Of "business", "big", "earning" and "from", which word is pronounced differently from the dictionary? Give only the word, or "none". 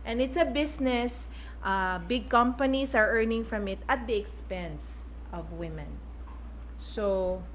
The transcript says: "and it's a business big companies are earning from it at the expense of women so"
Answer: business